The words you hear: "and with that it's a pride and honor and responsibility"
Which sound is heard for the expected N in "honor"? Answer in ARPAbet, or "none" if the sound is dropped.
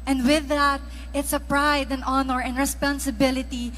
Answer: N